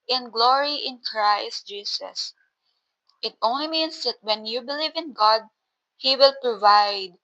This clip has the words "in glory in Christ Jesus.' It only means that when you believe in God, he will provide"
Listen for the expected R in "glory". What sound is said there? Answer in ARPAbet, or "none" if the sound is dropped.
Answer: R